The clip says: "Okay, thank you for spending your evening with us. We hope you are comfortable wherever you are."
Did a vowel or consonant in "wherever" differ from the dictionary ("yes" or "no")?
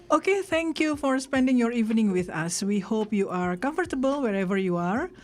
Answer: no